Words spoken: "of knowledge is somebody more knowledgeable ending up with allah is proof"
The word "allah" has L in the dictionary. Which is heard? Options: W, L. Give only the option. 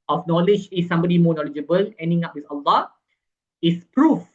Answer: L